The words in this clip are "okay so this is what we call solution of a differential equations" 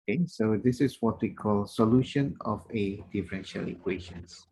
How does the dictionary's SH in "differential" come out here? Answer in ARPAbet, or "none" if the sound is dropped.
SH